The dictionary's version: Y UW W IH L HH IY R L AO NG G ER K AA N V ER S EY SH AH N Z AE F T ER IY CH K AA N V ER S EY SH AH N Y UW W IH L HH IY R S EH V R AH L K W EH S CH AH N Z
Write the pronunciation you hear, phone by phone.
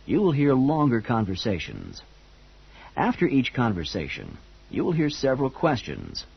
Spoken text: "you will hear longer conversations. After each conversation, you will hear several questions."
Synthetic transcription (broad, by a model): Y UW W IH L HH IY R L AO NG G ER K AA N V ER S EY SH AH N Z AE F T ER IY CH K AA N V ER S EY SH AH N Y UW W IH L HH IY R S EH V R AH L K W EH S CH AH N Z